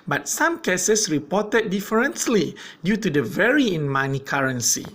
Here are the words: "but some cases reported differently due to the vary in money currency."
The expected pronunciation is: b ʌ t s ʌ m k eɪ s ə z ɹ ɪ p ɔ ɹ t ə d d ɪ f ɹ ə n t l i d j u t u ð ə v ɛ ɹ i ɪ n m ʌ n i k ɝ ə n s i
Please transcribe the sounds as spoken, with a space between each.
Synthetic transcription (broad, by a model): b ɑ t s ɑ m k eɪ s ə s ɹ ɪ p ɔ t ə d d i f ɹ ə n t l i d j u t u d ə v ɛ ɹ i ɪ n m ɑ n i k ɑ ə n s i